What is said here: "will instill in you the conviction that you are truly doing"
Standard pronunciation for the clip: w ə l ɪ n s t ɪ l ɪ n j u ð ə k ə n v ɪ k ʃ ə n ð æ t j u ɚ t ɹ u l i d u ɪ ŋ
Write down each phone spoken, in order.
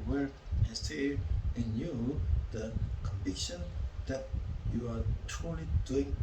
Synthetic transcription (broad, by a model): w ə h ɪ s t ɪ ɪ n j u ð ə k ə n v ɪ k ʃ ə n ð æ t j u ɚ t ɹ u l i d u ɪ ŋ